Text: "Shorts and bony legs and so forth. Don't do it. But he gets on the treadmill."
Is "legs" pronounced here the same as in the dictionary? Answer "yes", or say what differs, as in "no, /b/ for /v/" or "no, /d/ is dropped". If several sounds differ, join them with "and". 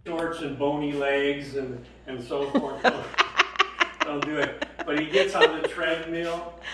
yes